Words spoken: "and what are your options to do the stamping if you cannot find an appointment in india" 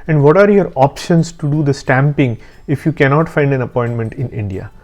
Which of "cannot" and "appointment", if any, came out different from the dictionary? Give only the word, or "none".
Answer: none